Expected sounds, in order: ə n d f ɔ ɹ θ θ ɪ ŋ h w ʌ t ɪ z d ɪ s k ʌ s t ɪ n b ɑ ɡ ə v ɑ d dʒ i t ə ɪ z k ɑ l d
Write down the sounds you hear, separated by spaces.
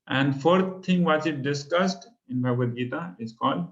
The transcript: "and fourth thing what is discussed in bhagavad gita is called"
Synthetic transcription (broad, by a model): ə n d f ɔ ɹ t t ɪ ŋ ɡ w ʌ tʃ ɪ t d ɪ s k ʌ s t ɪ n b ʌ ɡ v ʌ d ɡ i t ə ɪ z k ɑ l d